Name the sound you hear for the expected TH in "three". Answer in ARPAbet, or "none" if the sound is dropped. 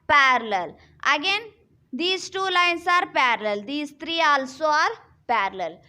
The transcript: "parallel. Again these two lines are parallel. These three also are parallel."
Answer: T